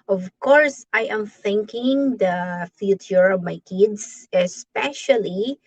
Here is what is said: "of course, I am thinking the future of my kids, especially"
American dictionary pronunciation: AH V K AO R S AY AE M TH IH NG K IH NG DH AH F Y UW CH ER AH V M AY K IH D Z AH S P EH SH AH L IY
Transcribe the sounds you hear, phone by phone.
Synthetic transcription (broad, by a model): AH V K AO R S AY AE M TH IH NG K IH NG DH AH F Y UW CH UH AH V M AY K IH D S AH S P EH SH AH L IY